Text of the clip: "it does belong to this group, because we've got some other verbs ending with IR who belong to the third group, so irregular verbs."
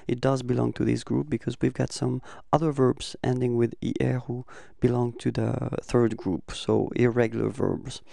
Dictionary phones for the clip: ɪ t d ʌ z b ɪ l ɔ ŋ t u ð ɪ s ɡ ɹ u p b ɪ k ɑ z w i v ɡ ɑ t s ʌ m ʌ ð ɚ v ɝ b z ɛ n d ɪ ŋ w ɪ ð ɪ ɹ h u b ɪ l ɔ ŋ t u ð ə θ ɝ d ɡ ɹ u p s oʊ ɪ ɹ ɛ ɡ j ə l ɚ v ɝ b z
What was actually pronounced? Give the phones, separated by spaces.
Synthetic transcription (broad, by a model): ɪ t d ʌ z b ɪ l ɔ ŋ t u ð ɪ s ɡ ɹ u p b ɪ k ɑ z w i v ɡ ɑ t s ʌ m ʌ ð ɚ v ɝ b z ɛ n d ɪ ŋ w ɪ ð ɪ ɹ h u b ɪ l ɔ ŋ t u ð ə θ ɝ d ɡ ɹ u p s oʊ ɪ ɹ ɛ ɡ j l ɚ v ɝ b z